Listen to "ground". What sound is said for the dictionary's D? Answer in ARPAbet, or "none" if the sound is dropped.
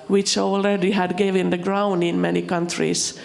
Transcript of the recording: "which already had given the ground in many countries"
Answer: D